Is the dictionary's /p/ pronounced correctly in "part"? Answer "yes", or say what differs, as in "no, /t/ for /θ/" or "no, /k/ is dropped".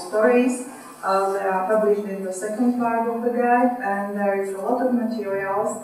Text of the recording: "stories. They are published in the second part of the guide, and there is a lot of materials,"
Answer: no, /f/ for /p/